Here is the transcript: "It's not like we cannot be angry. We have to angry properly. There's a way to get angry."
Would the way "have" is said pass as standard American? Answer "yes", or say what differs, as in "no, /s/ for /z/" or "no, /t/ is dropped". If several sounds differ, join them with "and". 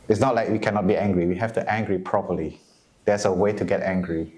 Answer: no, /f/ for /v/